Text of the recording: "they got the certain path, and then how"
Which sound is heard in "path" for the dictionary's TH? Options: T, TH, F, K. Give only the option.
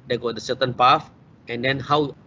F